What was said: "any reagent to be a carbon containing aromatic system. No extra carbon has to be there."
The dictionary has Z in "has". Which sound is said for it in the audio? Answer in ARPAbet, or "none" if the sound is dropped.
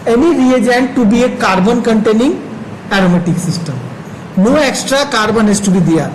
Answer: S